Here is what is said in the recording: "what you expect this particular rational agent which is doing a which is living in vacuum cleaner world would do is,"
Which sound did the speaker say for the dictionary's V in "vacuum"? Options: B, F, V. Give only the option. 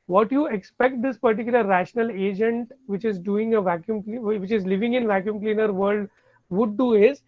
V